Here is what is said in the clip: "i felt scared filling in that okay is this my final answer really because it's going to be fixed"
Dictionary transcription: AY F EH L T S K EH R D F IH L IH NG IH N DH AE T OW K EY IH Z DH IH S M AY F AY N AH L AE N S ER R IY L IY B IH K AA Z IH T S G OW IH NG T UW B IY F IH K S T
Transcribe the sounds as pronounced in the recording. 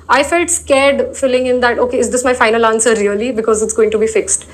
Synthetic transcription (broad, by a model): AY F EH L T S K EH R D F IH L IH NG IH N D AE T OW K EY IH Z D IH S M AY F AY N AH L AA N S ER R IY L IY B IH K AA Z IH T S G OW IH NG T UW B IY F IH K S T